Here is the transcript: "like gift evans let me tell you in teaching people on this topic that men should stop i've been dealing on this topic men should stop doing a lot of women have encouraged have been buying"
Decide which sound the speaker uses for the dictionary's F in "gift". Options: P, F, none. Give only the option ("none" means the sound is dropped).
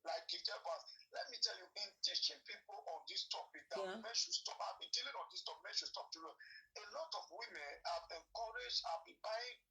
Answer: none